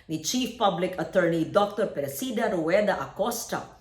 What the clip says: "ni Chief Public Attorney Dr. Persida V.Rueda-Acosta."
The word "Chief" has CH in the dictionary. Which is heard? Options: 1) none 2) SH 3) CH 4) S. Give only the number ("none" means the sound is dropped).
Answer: 3